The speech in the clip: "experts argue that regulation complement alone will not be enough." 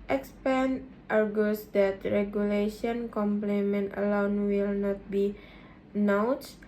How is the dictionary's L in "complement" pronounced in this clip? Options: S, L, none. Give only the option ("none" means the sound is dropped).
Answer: L